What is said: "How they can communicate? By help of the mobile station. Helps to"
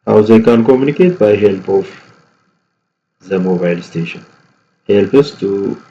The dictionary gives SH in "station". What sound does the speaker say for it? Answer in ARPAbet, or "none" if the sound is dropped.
SH